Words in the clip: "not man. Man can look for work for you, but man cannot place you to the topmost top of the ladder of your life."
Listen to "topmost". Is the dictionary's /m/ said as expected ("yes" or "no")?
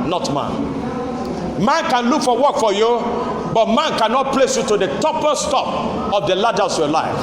no